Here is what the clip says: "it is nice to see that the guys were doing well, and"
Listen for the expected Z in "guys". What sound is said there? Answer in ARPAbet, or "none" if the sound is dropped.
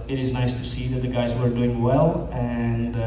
Z